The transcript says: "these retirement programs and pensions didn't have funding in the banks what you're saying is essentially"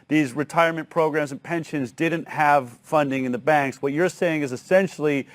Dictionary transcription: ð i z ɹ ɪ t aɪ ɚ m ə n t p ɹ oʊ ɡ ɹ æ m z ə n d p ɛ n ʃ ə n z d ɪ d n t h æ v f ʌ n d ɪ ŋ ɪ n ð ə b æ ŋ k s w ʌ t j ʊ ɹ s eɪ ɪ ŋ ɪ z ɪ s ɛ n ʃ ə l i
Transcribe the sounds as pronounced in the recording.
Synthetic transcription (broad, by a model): ð i z ɹ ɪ t aɪ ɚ m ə n p ɹ oʊ ɡ ɹ æ m z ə n p ɛ n ʃ ə n z d ɪ d n t h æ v f ʌ n d ɪ ŋ ɪ n ð ə b æ ŋ k s w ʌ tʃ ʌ ɹ s eɪ ɪ ŋ ɪ z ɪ s ɛ n ʃ l i